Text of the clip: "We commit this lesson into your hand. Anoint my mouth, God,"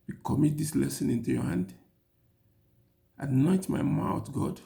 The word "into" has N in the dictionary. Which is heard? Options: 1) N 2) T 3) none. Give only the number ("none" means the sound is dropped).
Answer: 1